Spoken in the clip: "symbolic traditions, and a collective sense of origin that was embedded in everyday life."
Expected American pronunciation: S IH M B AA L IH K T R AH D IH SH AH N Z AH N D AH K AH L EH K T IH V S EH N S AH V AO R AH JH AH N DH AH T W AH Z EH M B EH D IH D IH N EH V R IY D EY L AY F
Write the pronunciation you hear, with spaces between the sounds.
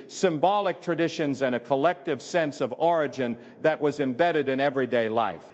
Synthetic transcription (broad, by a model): S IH M B AA L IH K T R AH D IH SH AH N Z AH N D AH K AH L EH K T IH V S EH N S AH V AO R AH JH AH N DH AH T W AH Z EH M B EH D IH D IH N EH V R IY D EY L AY F